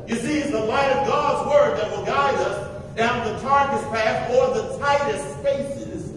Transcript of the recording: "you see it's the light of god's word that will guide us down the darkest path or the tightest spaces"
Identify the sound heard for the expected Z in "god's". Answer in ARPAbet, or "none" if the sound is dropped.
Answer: Z